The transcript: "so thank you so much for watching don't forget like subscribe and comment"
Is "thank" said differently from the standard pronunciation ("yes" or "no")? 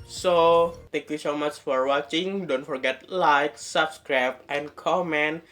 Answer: yes